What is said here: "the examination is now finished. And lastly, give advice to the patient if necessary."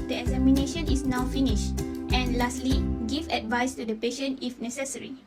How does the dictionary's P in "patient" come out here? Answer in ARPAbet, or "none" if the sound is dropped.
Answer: P